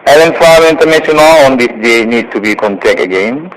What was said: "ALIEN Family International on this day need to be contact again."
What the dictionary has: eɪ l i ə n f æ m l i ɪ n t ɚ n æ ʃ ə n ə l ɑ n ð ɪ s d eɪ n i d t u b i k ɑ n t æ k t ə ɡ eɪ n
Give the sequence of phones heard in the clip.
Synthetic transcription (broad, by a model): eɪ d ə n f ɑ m i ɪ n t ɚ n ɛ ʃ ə n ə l ɑ n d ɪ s d eɪ n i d t u b i k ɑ n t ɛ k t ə ɡ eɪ n